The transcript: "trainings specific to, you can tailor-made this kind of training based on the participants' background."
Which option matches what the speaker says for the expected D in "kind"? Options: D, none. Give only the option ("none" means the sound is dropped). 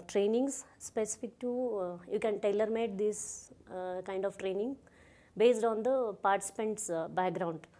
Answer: D